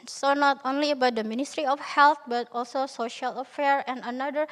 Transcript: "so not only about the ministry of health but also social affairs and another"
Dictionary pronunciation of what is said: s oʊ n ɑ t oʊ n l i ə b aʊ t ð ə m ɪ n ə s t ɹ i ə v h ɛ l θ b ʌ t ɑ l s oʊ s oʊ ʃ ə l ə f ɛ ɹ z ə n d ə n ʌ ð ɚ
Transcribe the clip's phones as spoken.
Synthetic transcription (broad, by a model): s oʊ n ɑ t oʊ n l i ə b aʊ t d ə m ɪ n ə s t ɹ i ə f h ɛ l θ b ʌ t ɑ l s oʊ s oʊ ʃ ə l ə f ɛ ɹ ə n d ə n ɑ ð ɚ